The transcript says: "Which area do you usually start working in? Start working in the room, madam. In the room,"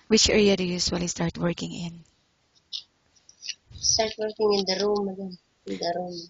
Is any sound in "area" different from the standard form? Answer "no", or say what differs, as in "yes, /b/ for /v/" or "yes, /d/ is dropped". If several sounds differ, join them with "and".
no